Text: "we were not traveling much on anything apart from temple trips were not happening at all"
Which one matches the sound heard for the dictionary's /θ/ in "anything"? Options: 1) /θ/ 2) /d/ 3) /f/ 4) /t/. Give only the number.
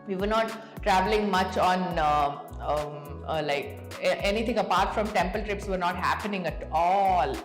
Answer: 4